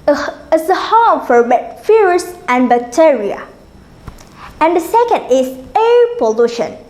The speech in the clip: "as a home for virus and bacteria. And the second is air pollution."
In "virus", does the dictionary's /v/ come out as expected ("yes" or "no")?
no